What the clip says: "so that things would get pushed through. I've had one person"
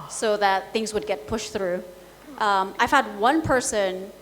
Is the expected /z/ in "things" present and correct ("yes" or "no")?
yes